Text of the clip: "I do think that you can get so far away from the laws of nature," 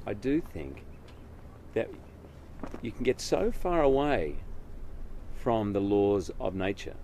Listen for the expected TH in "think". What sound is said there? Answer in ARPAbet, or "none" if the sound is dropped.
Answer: TH